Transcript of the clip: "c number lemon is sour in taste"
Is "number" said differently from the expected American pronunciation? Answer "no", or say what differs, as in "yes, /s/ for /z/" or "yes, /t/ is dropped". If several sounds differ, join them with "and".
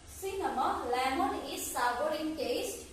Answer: yes, /b/ is dropped